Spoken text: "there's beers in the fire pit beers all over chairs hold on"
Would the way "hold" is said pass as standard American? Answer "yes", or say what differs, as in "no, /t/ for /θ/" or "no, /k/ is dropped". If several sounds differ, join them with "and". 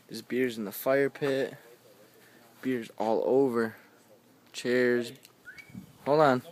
no, /d/ is dropped